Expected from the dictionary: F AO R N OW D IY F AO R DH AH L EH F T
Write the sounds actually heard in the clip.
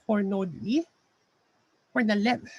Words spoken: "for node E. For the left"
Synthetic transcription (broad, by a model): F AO R N OW D IY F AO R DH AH L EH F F